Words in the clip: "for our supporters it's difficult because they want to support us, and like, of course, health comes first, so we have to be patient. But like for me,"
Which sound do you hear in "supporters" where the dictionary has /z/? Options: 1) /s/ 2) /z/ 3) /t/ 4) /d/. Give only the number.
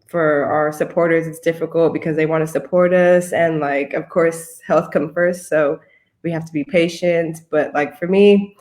2